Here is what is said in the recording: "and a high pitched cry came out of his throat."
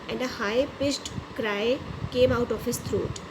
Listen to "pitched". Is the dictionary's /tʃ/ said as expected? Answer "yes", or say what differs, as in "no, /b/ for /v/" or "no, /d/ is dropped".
no, /s/ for /tʃ/